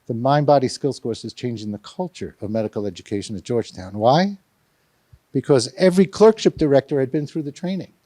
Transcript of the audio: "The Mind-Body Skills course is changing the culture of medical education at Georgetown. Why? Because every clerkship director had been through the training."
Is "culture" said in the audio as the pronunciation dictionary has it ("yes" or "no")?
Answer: yes